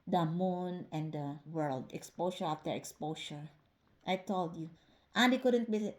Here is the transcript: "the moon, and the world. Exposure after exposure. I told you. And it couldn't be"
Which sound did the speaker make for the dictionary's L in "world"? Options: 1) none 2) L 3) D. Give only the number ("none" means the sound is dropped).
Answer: 2